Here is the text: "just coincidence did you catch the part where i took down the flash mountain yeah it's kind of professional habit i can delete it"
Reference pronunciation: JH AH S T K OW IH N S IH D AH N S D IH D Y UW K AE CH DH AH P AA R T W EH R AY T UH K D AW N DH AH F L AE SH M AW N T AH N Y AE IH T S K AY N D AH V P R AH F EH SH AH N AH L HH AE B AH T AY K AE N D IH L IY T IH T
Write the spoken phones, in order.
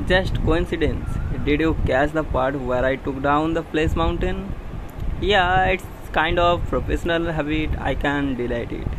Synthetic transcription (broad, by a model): JH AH S T K OW IH N S IH D AH N S D IH D Y UW K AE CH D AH P AA R T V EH R AY T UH K D AW N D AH P L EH S M AW N T AH N Y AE IH T S K AY N D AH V P R AH F EH SH AH N AH L HH AE B AH T AY K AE N D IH L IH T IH T